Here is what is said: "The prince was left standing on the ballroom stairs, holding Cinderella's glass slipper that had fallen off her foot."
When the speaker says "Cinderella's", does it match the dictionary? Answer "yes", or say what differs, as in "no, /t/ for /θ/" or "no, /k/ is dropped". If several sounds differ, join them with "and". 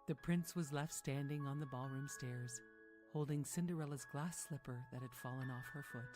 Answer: yes